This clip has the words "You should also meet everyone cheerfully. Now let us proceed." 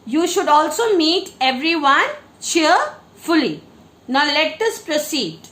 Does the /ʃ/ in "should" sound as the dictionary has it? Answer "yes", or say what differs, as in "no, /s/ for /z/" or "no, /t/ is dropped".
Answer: yes